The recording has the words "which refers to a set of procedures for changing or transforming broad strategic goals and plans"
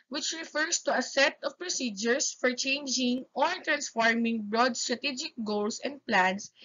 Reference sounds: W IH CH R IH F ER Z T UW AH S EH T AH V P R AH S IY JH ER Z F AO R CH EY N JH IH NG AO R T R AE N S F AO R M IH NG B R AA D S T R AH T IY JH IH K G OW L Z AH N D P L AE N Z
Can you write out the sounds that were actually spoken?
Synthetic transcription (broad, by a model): W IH CH R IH F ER S T UW AH S EH T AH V P R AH S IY JH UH S F AO R CH EY N JH IH NG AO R T R AE N S F AO R M IH NG B R AA D S T R AH T IY JH IH K G OW L S AH N D P L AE N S